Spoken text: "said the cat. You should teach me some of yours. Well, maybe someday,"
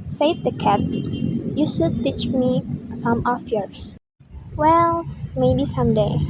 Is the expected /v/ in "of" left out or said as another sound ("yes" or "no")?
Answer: yes